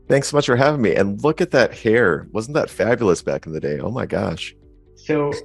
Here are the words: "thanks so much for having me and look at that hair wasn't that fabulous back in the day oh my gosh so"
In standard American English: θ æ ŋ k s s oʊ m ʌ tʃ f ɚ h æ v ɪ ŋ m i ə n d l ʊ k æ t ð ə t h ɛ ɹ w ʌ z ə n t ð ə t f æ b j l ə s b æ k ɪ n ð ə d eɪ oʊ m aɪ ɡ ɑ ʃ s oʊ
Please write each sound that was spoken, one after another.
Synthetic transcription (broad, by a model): θ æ ŋ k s s oʊ m ʌ tʃ f ɚ h æ v ɪ ŋ m i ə n l ʊ k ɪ t ð ə t h ɛ ɹ w ʌ z n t ð ə t f æ b j l ə s b æ k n ð ə d eɪ oʊ m aɪ ɡ ɑ ʃ s oʊ